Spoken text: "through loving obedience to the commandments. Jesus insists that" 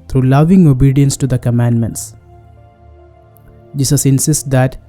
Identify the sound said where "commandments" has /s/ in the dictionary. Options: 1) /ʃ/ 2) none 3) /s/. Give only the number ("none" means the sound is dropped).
3